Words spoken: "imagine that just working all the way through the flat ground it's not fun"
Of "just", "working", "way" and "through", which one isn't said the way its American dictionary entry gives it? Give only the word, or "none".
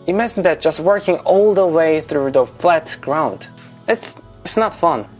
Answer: none